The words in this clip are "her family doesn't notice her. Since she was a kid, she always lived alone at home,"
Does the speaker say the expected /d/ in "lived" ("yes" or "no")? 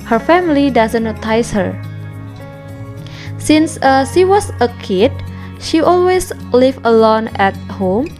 no